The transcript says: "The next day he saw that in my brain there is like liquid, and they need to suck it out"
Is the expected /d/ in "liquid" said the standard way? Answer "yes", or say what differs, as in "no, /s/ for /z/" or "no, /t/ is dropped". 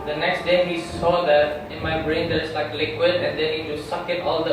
yes